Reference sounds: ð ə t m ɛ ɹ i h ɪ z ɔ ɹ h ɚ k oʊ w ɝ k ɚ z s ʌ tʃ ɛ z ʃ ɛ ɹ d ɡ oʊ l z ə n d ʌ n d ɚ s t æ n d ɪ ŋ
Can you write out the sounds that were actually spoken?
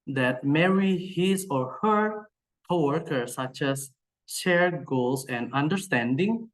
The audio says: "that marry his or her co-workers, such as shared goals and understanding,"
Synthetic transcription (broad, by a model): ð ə t m ɛ ɹ i h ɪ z ɔ ɹ h ɚ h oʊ w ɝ k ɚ s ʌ tʃ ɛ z ʃ ɛ ɹ d ɡ oʊ l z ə n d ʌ n d ɚ s t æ n d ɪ ŋ